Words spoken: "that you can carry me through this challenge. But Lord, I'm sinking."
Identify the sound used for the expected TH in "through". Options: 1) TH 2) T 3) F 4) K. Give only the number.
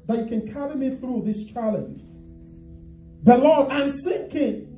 1